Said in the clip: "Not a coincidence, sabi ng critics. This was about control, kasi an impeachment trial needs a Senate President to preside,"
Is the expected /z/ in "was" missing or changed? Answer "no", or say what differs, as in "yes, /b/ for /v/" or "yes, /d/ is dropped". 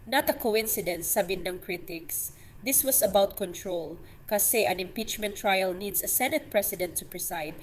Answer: yes, /s/ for /z/